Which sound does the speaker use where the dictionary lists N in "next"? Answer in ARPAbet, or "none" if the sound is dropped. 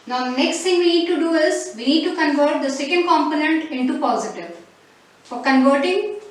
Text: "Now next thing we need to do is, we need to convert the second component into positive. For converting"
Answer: N